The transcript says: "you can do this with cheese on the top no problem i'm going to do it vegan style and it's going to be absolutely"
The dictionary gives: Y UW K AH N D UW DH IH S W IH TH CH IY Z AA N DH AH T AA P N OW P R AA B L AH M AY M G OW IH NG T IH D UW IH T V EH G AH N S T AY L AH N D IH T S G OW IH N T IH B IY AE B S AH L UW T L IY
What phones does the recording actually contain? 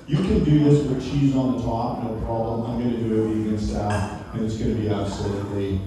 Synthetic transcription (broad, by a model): Y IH K AH N D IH DH IH S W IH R CH IY Z N DH AH T AA P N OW P R AA B L AH M AY M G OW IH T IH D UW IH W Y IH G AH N S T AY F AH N IH T S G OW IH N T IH B IY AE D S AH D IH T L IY